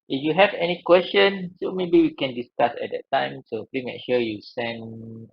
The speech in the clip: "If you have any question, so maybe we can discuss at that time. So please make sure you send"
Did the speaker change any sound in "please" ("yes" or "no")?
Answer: yes